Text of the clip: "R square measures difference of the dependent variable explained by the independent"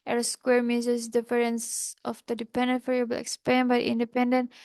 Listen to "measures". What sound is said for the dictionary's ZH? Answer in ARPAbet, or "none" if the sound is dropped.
Z